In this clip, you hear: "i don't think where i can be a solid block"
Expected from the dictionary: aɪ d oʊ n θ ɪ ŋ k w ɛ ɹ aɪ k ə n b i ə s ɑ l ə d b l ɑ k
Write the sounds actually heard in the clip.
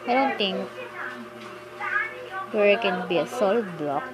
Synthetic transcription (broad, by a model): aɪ d oʊ n t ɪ ŋ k w ɛ ɹ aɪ k ə n b i ə s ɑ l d b l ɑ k